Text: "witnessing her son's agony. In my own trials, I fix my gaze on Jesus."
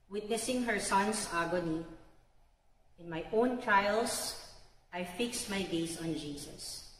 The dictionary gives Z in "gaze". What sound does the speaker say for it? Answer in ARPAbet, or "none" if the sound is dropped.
S